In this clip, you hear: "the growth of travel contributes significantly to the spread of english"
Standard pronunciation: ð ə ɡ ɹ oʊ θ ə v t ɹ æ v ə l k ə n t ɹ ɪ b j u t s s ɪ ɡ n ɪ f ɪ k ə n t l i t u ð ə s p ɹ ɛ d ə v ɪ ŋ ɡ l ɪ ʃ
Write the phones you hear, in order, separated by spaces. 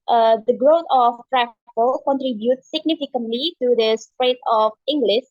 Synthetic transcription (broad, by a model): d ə ɡ ɹ oʊ t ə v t ɹ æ f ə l k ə n t ɹ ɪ b j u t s s ɪ ɡ n ɪ f ɪ k ə n t l i t u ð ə s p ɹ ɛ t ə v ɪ ŋ ɡ l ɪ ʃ